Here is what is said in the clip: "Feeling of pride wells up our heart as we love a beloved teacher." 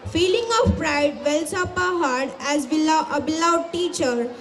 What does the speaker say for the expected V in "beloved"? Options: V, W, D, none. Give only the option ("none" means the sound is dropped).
none